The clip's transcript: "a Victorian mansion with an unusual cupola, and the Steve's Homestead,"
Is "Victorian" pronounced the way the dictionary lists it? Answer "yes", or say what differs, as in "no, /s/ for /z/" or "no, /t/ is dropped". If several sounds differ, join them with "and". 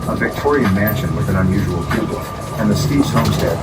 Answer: yes